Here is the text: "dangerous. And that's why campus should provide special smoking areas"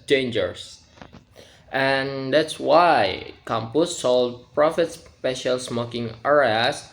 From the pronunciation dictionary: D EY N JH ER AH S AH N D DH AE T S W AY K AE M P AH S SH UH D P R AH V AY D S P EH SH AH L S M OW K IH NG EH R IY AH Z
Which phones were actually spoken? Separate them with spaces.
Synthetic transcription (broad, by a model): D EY N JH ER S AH N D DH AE T S W AY K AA M P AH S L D P R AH F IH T S P EH SH AH L S M OW K IH NG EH R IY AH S